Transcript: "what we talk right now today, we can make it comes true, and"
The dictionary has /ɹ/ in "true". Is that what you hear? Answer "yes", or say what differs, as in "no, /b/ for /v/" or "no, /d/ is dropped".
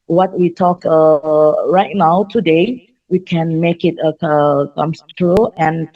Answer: yes